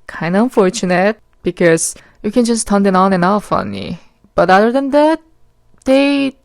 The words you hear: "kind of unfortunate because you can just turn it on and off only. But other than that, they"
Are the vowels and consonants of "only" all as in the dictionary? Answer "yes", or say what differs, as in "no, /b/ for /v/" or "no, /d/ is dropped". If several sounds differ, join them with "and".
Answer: no, /l/ is dropped